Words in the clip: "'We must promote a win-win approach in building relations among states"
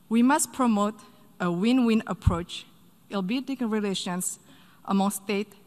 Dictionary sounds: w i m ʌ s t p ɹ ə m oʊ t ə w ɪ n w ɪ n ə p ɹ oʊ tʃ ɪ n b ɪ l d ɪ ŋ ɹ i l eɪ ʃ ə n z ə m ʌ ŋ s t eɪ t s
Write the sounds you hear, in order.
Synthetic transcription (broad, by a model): w i m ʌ s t p ɹ ə m oʊ t ə w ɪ n w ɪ n ə p ɹ oʊ tʃ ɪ l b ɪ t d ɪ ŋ ɹ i l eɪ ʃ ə n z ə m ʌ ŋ s t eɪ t